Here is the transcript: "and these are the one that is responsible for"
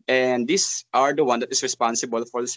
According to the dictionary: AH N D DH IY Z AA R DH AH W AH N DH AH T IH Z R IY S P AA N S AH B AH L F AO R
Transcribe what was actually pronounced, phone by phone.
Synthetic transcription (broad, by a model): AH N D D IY S AA R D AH W AH N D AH T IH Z R IY S P AA N S AH B AH L F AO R